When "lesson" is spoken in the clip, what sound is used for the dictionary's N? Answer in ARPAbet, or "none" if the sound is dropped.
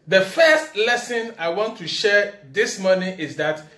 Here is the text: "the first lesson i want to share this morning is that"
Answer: N